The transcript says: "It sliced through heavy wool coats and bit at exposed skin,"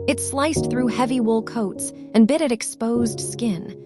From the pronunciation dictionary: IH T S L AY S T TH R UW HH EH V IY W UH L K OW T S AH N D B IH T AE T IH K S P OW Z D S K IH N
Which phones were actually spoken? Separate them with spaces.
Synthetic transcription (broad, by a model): IH T S L AY S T TH R UW HH EH V IY W UH L K OW T S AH N B IH T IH T IH K S P OW Z D S K IH N